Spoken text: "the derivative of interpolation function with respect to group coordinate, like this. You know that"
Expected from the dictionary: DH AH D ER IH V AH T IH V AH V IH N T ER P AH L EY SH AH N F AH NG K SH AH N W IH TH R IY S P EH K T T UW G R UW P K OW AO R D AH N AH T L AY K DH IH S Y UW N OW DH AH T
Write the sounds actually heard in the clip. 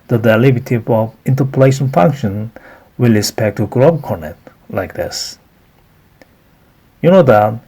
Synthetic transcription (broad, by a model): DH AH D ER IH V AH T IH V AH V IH N T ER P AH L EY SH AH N F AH NG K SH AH N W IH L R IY S P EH K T T UW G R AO B K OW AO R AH N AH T L AY K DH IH S Y UW N OW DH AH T